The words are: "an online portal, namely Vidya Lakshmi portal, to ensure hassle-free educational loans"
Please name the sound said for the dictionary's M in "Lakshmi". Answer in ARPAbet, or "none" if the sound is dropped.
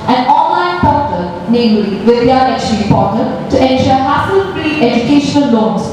none